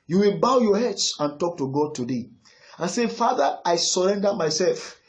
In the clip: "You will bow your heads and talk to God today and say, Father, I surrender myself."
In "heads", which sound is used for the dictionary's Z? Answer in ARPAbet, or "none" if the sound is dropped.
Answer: S